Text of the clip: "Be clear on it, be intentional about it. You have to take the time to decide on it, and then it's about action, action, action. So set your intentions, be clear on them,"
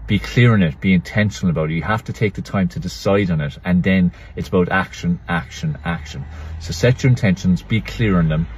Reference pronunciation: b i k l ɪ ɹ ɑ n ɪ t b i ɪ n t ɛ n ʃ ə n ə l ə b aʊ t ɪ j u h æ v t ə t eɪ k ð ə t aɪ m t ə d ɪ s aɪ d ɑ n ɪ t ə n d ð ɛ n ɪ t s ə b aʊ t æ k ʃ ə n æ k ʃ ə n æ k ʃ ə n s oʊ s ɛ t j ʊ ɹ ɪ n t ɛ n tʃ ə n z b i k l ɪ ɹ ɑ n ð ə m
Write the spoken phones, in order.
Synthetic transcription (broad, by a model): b i k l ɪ ɹ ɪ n ɪ t b i ɪ n t ɛ n ʃ ə n ə l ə b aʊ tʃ ɪ h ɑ f t ə t eɪ k ð ə t aɪ m t ə d ɪ s aɪ d n ɪ t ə n ð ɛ n ɪ t s ə b aʊ t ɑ k ʃ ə n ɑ k ʃ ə n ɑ k ʃ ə n s oʊ s ɛ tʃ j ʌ ɹ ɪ n t ɛ n ʃ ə n z b i k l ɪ ɹ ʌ n ð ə m